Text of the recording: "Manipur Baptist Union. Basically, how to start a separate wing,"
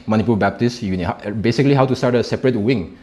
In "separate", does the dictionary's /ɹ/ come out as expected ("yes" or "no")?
yes